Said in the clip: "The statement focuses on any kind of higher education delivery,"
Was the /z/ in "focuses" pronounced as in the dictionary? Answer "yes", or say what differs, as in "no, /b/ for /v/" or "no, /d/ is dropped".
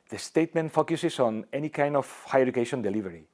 no, /s/ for /z/